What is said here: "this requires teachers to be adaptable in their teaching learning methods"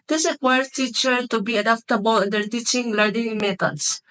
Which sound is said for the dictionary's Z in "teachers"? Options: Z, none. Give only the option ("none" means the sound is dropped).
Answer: none